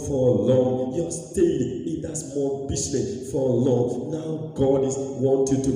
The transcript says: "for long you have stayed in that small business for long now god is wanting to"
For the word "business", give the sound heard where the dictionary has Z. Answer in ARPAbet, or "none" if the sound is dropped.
S